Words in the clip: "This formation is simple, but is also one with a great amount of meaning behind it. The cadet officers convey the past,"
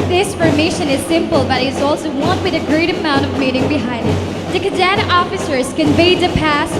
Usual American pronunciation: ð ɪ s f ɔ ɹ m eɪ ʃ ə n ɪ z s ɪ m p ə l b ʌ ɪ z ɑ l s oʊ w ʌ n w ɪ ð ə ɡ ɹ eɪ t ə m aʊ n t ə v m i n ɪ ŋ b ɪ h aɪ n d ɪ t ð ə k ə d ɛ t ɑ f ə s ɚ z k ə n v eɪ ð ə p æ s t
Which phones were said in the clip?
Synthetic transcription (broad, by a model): ð ɪ s f ɔ ɹ m eɪ ʃ ə n ɪ z s ɪ m p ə l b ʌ ɪ z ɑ l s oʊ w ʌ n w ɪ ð ə ɡ ɹ eɪ t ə m aʊ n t ə v m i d ɪ ŋ b ɪ h aɪ n d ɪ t ð ə k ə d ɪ t ɑ f ə s ɚ z k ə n v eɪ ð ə p æ s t